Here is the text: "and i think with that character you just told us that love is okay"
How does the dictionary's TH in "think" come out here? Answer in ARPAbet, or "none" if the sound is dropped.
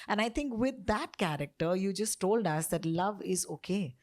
T